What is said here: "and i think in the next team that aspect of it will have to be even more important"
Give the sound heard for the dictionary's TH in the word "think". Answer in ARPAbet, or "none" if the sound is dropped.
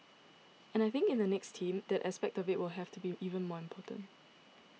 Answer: TH